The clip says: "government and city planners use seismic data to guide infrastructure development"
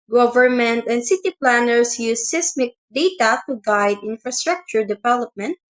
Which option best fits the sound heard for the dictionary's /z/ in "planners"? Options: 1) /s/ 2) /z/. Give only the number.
1